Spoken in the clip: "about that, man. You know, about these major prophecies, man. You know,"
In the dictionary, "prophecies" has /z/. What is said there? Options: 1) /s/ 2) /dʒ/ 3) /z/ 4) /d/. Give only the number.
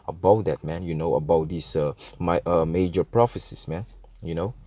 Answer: 1